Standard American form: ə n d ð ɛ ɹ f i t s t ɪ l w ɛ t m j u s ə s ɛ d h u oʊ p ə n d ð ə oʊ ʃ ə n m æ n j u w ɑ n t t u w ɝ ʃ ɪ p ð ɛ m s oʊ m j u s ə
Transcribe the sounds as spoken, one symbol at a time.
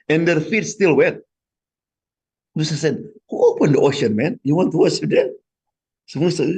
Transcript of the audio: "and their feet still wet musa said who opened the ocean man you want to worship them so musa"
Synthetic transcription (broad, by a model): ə n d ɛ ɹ f i t s t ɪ l w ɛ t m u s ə s ɛ d h u oʊ p ə n d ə oʊ ʃ ə n m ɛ n j u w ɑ n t t u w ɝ s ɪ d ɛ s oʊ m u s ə